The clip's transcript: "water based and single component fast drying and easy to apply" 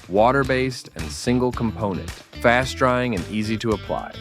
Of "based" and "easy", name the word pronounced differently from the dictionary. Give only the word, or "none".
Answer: none